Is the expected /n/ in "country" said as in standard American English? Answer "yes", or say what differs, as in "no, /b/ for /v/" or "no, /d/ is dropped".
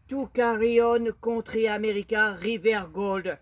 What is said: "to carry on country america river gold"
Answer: no, /n/ is dropped